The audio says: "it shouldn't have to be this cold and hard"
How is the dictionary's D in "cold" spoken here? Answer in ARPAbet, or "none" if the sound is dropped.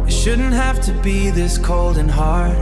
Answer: D